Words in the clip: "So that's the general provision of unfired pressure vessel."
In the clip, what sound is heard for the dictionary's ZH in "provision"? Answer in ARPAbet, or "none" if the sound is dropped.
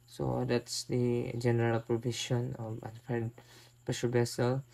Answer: SH